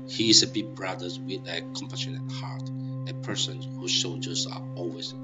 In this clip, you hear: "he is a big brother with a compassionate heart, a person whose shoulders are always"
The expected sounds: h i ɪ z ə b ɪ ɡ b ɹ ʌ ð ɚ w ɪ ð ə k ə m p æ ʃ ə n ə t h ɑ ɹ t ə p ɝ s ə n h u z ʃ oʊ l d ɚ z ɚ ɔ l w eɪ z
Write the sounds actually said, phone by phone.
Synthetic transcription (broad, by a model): h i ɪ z ə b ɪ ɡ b ɹ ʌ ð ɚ w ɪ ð ə k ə m p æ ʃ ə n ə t h ɑ ɹ t ə p ɝ s ə n h u z s oʊ l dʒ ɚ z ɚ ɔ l w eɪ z